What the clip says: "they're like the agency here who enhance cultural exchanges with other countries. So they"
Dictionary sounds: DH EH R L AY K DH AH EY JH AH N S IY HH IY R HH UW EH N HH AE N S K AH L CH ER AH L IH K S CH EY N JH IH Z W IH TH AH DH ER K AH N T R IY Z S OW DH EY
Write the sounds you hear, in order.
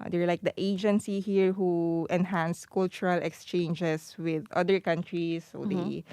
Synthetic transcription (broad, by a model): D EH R L AY K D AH EY JH AH N S IY HH IY R HH UW EH N HH AE N S K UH L CH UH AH L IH K S CH EY N JH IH S W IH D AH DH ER K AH N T R IY S OW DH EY